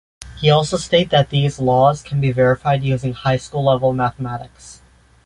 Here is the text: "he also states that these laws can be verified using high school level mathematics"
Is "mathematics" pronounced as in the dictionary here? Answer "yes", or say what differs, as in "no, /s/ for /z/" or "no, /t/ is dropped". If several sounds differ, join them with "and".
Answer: yes